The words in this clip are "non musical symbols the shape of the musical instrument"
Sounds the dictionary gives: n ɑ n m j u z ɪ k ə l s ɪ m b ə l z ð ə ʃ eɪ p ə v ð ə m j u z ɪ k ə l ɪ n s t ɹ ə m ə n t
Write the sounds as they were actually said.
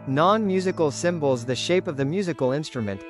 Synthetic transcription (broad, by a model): n ɑ n m j u z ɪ k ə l s ɪ m b l z ð ə ʃ eɪ p ə v ð ə m j u z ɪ k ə l ɪ n s t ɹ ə m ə n t